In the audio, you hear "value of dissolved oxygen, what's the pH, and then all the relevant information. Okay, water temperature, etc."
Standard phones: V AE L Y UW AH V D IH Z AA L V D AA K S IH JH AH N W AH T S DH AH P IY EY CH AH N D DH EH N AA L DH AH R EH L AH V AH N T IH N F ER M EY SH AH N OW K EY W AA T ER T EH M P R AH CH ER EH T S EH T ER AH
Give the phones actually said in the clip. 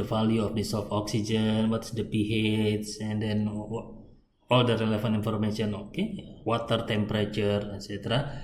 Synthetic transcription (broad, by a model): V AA L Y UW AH F D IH S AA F AA K S IH JH AH N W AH T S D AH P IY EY S AH N D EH N AA L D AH R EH L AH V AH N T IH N F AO M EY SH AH N OW K EY W AA T ER T EH M P R AH CH ER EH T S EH T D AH